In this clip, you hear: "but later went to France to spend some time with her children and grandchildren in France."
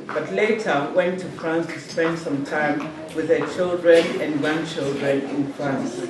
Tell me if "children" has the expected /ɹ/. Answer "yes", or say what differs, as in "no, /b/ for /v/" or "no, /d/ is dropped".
yes